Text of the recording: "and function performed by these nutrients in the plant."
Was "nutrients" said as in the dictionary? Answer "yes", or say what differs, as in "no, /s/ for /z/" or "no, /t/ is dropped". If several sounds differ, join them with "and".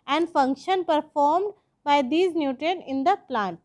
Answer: no, /ɹ/ is dropped